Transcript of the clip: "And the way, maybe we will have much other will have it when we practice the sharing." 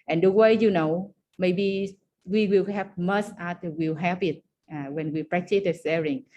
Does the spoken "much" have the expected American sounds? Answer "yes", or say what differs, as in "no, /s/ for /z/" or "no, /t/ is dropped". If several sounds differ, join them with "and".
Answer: no, /s/ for /tʃ/